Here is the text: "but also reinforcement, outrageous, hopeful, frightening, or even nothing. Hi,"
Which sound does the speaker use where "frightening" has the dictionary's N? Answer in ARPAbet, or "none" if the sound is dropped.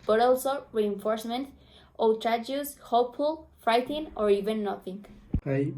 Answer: none